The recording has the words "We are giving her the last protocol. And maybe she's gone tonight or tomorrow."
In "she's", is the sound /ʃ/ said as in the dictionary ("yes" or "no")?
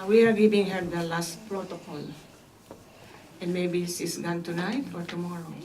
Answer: no